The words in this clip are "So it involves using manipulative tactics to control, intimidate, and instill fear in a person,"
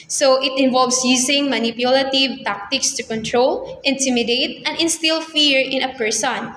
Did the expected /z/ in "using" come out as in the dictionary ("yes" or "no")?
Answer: no